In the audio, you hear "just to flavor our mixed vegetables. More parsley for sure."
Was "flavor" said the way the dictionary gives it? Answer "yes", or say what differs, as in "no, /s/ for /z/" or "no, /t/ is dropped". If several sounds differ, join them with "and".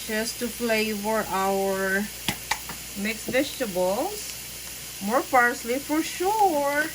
no, /p/ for /f/